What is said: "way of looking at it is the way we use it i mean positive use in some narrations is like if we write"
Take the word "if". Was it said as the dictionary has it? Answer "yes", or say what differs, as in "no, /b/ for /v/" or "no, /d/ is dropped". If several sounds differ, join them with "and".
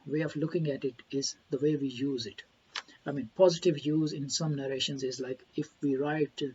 yes